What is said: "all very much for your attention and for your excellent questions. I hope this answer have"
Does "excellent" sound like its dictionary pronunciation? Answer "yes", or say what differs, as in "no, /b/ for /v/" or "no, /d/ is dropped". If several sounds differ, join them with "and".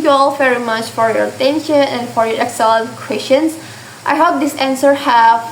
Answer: no, /l/ is dropped and /l/ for /n/